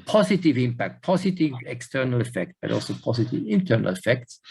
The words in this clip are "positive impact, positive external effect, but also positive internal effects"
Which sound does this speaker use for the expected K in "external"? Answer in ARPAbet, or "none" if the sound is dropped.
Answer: K